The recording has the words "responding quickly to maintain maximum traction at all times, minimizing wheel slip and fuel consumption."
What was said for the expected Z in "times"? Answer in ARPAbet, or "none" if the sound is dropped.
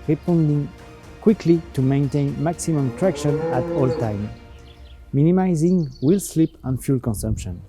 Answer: none